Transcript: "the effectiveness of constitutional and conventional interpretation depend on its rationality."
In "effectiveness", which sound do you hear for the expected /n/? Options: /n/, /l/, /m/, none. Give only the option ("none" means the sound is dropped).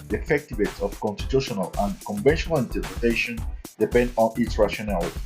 none